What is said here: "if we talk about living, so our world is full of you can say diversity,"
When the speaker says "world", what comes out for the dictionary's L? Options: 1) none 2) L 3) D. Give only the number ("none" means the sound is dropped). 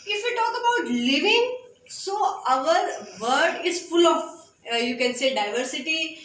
1